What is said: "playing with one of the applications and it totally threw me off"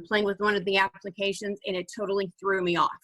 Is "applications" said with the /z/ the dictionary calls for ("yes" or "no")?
yes